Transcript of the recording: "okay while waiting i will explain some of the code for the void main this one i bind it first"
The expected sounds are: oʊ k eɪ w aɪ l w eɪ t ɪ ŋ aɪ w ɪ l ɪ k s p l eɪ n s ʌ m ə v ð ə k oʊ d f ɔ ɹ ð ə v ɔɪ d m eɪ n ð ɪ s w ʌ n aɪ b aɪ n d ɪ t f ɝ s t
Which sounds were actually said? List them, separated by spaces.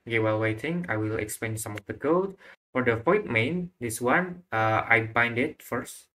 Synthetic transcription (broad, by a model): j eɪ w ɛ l w eɪ t ɪ ŋ aɪ w ɪ l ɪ k s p eɪ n s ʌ m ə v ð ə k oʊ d f ɔ ɹ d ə p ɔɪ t m eɪ n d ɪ s w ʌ n aɪ b aɪ n d ɪ t f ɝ s t